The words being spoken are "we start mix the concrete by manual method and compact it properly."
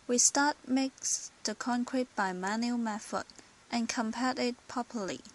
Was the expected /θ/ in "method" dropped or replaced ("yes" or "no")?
yes